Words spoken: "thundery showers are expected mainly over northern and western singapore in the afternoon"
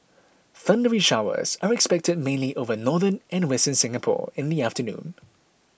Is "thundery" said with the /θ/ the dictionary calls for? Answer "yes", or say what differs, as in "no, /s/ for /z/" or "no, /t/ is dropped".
yes